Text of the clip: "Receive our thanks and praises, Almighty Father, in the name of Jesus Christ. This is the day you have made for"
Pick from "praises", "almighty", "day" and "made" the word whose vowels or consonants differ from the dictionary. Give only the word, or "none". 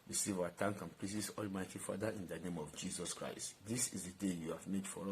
praises